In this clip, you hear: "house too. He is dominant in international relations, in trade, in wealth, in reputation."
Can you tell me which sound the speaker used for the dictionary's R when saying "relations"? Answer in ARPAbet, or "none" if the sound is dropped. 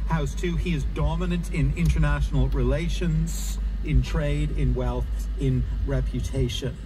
R